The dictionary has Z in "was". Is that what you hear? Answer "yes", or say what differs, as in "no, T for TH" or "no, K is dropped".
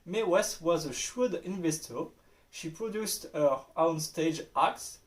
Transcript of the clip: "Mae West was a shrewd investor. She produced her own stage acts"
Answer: yes